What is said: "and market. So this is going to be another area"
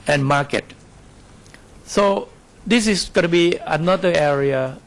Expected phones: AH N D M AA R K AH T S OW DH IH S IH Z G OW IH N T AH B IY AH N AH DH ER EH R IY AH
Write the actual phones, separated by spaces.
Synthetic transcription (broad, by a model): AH N M AA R K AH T S OW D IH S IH S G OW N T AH B IY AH N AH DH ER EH R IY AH